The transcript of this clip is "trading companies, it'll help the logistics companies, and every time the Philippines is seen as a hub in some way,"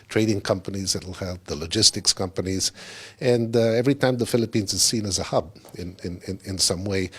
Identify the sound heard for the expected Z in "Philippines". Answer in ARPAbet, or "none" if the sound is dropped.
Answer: Z